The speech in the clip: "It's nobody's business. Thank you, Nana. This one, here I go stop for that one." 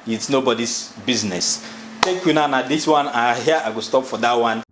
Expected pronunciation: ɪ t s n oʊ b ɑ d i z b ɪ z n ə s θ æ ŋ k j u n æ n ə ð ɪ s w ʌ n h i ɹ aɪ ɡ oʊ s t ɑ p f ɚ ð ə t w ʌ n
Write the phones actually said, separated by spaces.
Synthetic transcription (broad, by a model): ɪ t s n oʊ b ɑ d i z b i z n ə s t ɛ k j u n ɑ n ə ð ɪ s w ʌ n h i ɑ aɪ ɡ oʊ s t ɑ p f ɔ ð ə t w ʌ n